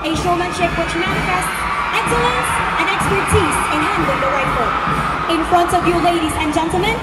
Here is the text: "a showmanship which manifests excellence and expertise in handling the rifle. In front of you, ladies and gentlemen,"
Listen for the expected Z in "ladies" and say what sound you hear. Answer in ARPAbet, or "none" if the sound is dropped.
Z